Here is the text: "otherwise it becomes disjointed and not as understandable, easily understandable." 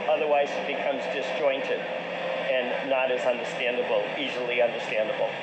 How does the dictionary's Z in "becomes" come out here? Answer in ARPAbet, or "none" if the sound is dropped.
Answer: Z